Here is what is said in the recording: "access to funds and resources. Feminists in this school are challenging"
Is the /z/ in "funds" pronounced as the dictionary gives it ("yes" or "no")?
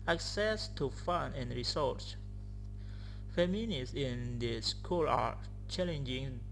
no